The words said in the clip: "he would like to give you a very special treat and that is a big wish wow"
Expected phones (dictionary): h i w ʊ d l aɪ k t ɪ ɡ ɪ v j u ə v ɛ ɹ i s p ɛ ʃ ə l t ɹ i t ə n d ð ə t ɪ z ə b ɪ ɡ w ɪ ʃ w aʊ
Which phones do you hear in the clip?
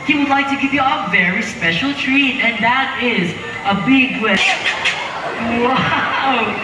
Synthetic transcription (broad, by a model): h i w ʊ d l aɪ k t ɪ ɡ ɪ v j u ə v ɛ ɹ i s p ɛ ʃ ə l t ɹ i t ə n ð ə t ɪ z ə b ɪ ɡ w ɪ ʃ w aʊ